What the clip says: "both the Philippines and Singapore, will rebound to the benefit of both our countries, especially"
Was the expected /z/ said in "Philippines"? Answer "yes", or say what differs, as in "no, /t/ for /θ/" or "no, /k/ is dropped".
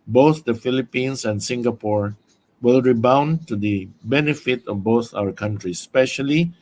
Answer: no, /s/ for /z/